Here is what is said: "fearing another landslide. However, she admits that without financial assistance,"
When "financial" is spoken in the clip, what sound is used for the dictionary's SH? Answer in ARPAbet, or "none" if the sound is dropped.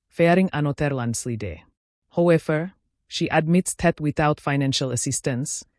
SH